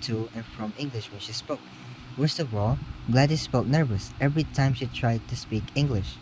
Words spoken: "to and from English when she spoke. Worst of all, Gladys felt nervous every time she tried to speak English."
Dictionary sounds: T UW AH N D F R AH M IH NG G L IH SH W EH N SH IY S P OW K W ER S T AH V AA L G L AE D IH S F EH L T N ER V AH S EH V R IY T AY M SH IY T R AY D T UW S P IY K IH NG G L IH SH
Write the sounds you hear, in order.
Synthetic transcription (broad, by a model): T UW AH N F R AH M IH NG G L IH SH W EH N SH IY S P OW K W ER S T AH V AA L G L AE D IH S P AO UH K N ER V AH S EH V R IY T AY M SH IY T R AY D T UW S P IY K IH NG G L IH SH